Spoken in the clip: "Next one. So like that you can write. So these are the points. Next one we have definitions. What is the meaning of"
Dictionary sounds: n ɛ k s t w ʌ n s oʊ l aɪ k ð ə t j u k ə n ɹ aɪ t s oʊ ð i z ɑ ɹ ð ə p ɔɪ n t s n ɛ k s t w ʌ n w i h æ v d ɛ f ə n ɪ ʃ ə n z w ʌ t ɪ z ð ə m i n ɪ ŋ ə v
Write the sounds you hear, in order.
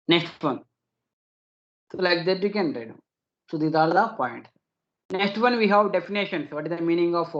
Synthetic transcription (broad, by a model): n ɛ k s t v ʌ n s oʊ l aɪ k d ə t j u k ə n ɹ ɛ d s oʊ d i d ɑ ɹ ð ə p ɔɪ n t n ɛ k s t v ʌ n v i h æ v d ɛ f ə n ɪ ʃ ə n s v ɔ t ɪ z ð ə m i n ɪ ŋ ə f